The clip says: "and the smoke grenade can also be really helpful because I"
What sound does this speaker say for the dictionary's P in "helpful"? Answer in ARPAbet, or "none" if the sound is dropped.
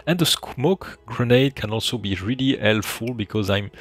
none